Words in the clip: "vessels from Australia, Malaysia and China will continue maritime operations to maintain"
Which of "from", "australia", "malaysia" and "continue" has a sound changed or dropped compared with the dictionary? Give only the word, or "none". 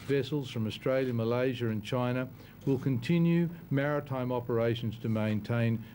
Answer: none